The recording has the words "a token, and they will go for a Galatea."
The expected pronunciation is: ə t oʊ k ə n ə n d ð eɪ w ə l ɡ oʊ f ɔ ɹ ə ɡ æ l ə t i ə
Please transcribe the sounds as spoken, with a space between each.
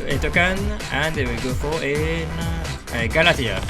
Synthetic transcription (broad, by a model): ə t oʊ k ə n ə n d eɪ w ə l ɡ oʊ f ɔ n ə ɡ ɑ l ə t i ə